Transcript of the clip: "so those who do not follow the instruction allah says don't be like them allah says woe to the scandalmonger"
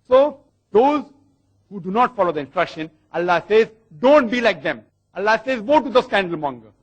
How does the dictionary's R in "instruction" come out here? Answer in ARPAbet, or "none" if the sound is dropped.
R